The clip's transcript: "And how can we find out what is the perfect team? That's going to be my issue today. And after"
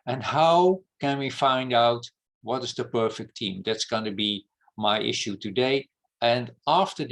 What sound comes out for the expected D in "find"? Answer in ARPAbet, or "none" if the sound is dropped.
D